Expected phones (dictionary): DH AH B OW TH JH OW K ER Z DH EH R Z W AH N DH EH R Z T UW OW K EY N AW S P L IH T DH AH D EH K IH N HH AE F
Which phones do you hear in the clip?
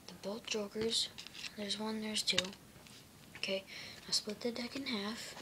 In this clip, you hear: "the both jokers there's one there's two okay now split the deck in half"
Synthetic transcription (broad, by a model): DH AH B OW T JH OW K ER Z DH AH R Z W AH N DH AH R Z T UW OW K EY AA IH S P L IH T DH AH D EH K IH N HH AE F